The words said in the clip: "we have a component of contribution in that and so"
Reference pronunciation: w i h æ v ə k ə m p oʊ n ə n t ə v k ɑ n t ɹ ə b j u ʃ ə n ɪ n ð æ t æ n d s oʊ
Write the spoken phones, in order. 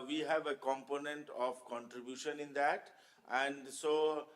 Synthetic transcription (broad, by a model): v i h æ v ə k ə m p oʊ n ə n t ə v k ɑ n t ɹ ə b j u ʃ ə n ɪ n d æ t æ n d s oʊ